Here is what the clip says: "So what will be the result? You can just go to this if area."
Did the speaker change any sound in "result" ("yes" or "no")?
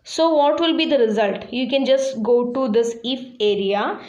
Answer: no